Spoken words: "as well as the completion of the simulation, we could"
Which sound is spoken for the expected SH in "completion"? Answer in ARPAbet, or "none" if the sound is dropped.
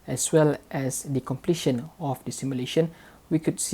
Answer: SH